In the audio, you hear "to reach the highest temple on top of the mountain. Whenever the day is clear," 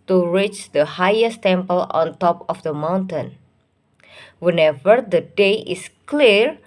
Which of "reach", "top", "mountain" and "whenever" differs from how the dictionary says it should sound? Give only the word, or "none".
none